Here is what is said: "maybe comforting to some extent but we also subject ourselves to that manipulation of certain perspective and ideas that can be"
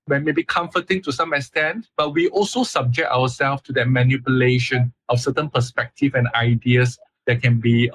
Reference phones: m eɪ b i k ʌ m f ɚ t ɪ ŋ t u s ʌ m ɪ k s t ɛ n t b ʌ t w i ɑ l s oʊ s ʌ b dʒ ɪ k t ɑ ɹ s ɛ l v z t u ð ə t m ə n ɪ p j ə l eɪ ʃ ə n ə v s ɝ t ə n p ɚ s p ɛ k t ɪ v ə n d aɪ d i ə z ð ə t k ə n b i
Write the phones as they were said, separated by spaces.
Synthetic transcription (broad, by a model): m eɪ b i k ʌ m f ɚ t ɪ ŋ t u s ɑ m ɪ k s t ɛ n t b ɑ t w i ɑ l s oʊ s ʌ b dʒ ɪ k t ɑ w s ɛ l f t u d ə t m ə n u p j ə l eɪ ʃ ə n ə f s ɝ t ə n p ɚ s p ɛ k t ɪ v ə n aɪ d i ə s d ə t k ə n b i